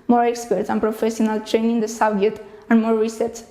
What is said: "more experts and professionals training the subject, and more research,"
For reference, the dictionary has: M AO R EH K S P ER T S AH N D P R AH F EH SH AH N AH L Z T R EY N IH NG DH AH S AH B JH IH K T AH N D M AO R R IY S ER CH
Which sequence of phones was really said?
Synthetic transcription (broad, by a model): M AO R EH K S P ER T S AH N P R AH F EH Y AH N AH L T R EY N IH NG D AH S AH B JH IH T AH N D M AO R R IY S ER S